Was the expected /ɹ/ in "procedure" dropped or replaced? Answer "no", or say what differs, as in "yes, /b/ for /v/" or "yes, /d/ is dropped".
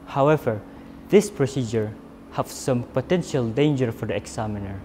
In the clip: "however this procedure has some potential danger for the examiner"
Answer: no